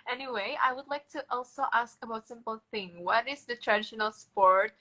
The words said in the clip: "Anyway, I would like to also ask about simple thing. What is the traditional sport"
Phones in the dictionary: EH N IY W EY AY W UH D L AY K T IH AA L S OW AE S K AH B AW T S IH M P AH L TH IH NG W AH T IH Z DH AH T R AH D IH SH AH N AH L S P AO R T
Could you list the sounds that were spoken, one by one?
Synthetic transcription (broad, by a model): EH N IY W EY AY W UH D L AY K T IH AA L S OW AE S K AH B AW T S IH M P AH L TH IH NG W AH T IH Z DH AH T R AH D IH SH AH N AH L S P AO R T